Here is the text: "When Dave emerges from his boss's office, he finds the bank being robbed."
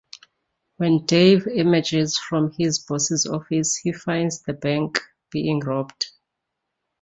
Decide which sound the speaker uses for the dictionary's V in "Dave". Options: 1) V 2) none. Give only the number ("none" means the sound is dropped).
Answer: 1